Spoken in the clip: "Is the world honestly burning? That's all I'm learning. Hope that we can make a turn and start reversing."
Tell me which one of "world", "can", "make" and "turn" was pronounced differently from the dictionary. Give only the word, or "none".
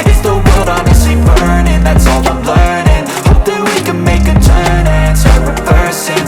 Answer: world